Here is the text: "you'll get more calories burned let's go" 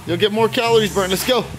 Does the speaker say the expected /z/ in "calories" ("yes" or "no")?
yes